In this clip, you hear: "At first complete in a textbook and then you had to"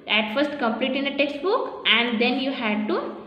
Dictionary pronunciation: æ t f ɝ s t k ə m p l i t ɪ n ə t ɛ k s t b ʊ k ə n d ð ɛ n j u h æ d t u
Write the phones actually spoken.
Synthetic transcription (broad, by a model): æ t f ɝ s t k ə m p l i t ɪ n ə t ɛ k s t b ʊ k ə n d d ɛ n j u h æ d t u